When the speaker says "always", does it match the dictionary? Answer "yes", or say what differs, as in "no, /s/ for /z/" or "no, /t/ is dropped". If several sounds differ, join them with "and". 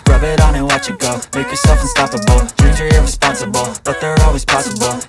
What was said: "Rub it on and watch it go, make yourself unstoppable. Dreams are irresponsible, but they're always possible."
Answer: yes